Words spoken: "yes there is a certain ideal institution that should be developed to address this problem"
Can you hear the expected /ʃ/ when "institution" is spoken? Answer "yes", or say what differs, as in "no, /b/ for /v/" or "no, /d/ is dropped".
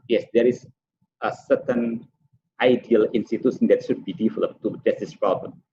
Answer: no, /s/ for /ʃ/